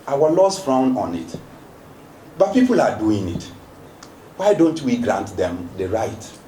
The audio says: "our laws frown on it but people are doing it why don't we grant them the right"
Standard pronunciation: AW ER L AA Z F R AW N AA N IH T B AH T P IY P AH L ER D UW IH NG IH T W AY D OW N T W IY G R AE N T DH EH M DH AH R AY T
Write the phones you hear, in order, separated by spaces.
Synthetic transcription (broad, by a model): AW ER L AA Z F R AW N AA N IH T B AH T P IY P AH L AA D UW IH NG IH T W AY D OW N T W IY G R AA N T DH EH M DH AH R AY T